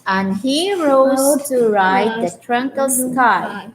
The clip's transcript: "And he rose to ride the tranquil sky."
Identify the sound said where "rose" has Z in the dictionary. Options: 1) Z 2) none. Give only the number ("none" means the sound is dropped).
2